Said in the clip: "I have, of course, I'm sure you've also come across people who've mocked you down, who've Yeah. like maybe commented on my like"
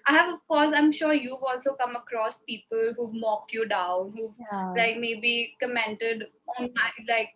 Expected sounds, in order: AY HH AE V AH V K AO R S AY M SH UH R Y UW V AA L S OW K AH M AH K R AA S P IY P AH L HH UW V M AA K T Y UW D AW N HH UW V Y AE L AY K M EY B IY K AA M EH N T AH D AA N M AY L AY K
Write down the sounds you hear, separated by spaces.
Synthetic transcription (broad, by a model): AY HH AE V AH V K AO R S AY M SH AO R Y UW V AA L S OW K AH M AH K R AA S P IY P AH L HH UW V M AA K T Y UW D AW N HH UW V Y L AY K M EY B IY K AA M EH N T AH D AA N M AY L AY K